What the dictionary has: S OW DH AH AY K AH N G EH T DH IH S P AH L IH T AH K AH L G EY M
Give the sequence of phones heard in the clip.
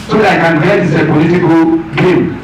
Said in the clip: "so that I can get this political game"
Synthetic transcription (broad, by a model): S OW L AY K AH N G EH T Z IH P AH L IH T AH K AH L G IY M